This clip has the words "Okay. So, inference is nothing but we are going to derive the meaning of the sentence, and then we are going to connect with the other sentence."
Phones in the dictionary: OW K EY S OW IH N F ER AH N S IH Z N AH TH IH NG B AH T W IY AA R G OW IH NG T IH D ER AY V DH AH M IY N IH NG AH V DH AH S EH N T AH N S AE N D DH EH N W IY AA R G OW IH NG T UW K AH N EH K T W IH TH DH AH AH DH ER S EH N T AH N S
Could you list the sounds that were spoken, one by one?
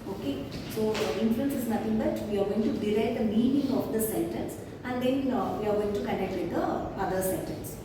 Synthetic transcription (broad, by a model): OW K EY S OW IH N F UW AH N S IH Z N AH T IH NG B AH T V IY AA R G OW IH NG T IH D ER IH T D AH M IY N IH NG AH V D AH S EH N T AH N S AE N D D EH N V IY AA R G OW IH NG T UW K AH N EH K T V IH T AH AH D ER S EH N T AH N S